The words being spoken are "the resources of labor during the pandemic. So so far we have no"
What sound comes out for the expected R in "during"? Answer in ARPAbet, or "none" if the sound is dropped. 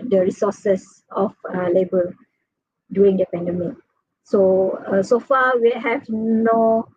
none